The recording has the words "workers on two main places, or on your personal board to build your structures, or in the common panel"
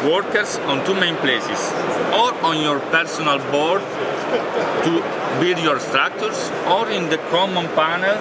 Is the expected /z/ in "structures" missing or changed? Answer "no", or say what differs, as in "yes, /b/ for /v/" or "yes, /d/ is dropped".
yes, /s/ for /z/